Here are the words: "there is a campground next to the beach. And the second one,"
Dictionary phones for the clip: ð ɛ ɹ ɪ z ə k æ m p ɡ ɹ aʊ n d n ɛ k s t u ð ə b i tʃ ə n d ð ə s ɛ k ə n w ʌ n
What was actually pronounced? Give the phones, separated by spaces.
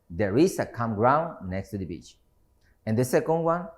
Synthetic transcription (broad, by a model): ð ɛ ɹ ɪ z ə k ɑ m ɡ ɹ aʊ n n ɛ k s t u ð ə b i tʃ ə n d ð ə s ɛ k ə n w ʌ n